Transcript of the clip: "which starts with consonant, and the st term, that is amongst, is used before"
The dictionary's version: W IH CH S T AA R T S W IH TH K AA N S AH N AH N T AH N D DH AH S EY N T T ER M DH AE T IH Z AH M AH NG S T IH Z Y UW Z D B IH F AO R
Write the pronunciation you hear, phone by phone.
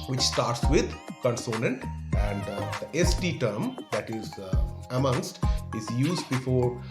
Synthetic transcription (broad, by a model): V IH CH S T AA R T S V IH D K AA N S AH N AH N T AH N D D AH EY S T T ER M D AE T IH Z AH M AH NG S T IH Z Y UW Z D B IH F AO R